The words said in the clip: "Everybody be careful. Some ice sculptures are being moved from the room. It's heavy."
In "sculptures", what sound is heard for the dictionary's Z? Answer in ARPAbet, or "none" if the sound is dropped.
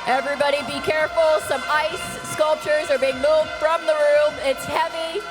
Z